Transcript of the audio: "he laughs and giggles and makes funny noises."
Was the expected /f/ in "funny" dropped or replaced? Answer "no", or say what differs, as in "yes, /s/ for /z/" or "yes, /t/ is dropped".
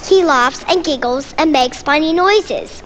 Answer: yes, /p/ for /f/